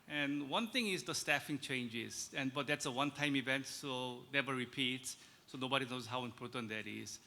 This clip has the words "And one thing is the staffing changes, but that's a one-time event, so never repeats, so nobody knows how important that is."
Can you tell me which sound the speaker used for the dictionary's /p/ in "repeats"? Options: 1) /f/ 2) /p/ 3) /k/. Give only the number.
2